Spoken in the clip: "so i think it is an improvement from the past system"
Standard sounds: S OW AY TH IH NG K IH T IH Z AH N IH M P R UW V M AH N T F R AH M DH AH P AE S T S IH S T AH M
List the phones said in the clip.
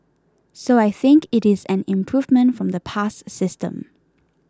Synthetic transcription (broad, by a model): S OW AY TH IH NG K IH T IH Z AH N IH M P R UW V M AH N T F R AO M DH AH P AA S S IH S T AH M